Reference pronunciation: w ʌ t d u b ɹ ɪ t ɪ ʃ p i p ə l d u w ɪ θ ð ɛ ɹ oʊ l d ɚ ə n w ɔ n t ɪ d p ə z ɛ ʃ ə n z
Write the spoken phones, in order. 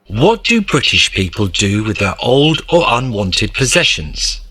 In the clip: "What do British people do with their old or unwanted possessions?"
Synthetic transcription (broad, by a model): w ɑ t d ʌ b ɹ ɪ t ɪ ʃ p i p ə l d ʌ w ɪ ð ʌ ɹ oʊ l d ɚ ə n w ɔ n t ɪ d p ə z ɛ ʃ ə n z